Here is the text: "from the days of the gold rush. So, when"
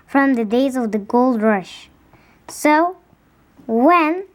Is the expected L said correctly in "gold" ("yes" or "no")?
yes